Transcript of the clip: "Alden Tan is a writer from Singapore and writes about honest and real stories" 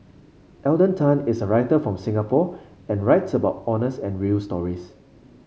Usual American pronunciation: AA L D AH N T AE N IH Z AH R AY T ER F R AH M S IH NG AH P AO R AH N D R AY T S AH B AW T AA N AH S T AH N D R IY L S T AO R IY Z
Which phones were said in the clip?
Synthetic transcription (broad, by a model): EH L D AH N T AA N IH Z AH R AY T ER F R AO M S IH NG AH P AO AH N R AY T S AH B AW T AA N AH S AH N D R IY L S T AO R IY S